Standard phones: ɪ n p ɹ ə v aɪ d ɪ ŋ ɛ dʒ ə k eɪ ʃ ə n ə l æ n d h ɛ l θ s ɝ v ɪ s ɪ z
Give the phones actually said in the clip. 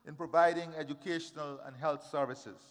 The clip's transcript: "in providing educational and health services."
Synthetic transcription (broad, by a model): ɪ n p ɹ ə v aɪ d ɪ ŋ ɛ dʒ ə k eɪ ʃ ə n ə l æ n d h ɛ l t s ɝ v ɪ s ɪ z